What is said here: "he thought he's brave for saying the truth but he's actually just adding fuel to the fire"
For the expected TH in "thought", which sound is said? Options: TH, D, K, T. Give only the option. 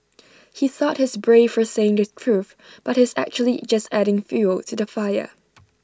TH